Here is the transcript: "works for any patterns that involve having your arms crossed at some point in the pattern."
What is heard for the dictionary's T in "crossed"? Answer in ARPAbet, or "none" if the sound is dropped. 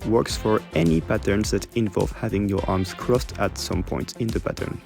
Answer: T